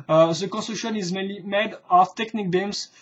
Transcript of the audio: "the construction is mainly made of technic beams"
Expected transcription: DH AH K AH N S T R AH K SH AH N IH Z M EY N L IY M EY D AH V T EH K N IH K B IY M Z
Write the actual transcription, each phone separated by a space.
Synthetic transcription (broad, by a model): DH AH K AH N S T AH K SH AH N IH Z M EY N L IY M EY D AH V T EH K N IH K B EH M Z